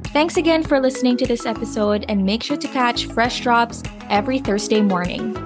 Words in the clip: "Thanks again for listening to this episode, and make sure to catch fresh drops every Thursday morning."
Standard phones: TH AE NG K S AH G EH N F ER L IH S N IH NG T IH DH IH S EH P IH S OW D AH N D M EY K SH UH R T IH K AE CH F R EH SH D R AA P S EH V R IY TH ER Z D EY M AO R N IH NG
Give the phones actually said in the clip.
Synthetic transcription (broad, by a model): TH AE NG K S AH G EH N F ER L IH S N IH NG T IH DH IH S EH P IH S OW D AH N M EY K SH UH R T IH K AE CH F R EH SH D R AA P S EH V R IY TH ER Z D EY M AO R N IH NG